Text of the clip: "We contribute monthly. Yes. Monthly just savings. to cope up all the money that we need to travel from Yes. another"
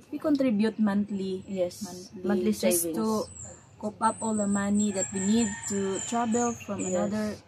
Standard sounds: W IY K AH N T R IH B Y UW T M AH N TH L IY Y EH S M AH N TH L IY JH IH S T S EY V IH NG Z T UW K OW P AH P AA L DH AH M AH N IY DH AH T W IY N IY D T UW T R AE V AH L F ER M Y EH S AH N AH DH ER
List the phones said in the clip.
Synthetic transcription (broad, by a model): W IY K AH N T R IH B Y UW T M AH N T L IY Y EH S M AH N T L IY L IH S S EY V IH T UW K OW P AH P AA L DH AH M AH N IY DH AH T W IY N IY D T UW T R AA B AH L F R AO AH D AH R